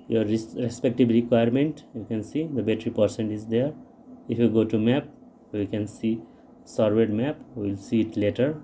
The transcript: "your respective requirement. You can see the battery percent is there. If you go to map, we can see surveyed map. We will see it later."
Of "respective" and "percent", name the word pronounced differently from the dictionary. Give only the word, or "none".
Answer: respective